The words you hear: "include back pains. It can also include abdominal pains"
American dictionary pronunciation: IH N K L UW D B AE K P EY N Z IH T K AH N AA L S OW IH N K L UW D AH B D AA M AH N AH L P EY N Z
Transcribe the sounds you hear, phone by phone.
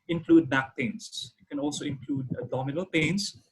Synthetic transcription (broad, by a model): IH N K L UW D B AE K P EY N S IH T K AH N AA L S OW IH N K L UW D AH D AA M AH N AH L P EY N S